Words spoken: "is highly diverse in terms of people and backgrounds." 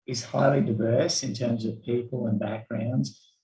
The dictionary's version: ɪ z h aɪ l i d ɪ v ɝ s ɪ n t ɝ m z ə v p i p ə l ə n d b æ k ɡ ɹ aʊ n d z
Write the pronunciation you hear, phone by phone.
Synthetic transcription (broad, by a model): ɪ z h aɪ l i d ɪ v ɝ s ɪ n t ɝ m z ə v p i p ə l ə n b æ k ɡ ɹ aʊ n d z